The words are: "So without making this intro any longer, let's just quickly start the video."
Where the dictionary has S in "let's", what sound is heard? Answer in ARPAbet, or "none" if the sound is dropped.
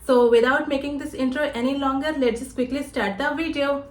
none